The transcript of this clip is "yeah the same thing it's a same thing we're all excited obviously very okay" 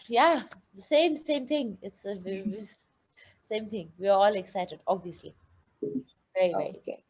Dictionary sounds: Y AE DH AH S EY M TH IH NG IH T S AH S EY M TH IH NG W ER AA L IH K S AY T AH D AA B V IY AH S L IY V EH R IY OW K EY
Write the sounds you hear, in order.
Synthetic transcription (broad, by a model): Y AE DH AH S EY M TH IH NG IH T S AH S EY M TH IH NG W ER AA L IH K S AY T AH D AA B V IY AH S L IY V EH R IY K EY